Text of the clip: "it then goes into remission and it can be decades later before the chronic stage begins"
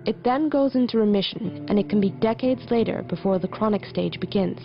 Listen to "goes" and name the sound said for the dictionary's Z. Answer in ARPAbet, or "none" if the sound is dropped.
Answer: Z